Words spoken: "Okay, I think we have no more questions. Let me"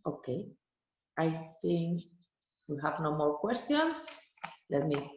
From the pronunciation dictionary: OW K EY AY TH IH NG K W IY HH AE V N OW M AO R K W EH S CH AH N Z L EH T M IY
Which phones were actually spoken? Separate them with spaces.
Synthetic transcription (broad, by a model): OW K EY AY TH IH NG K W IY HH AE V N OW M AO R K W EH S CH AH N S L EH T M IY